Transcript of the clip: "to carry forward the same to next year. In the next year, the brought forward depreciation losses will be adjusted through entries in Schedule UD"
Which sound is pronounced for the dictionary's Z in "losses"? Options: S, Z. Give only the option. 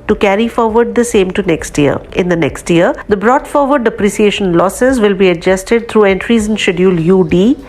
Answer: Z